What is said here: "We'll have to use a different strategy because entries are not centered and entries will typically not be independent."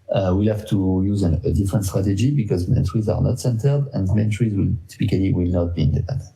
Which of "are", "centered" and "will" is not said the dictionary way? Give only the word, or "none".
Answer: none